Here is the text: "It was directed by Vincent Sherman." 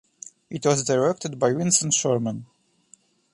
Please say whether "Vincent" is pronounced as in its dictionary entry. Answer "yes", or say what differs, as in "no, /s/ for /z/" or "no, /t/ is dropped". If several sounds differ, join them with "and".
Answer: no, /w/ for /v/